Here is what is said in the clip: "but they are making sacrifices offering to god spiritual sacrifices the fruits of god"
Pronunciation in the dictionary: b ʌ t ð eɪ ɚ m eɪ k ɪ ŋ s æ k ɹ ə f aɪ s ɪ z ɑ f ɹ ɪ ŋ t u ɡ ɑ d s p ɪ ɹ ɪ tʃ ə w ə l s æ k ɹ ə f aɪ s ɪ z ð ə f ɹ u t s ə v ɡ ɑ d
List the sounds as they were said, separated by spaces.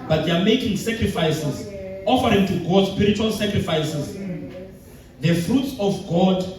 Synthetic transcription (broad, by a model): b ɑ t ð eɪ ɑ m eɪ k ɪ ŋ s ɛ k ɹ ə f aɪ s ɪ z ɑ f ɹ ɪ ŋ t u ɡ ɑ d s p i ɹ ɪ tʃ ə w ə l s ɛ k ɹ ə f aɪ s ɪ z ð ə f ɹ u t s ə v ɡ ɑ d